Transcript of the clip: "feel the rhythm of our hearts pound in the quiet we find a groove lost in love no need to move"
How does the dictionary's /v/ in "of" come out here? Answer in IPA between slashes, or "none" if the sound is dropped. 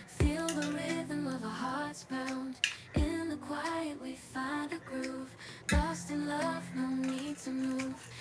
/v/